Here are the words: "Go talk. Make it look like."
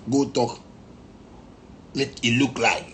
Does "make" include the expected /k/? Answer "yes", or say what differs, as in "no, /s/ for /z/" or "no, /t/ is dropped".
no, /k/ is dropped